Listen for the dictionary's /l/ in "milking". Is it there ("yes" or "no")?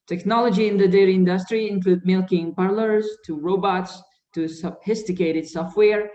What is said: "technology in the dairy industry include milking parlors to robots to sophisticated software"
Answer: yes